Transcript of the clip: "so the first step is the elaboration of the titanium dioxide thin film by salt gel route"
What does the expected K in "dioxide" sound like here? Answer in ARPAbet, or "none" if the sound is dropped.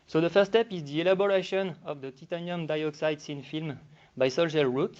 K